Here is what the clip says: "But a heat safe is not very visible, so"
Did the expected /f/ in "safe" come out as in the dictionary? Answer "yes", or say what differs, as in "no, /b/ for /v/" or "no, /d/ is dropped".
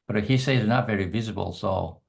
no, /f/ is dropped